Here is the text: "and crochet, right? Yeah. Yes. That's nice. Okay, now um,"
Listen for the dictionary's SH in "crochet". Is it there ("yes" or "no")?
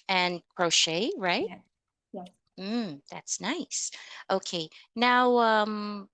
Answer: yes